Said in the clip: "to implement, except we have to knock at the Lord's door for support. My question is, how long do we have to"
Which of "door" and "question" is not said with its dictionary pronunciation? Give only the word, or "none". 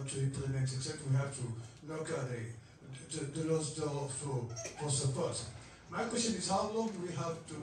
door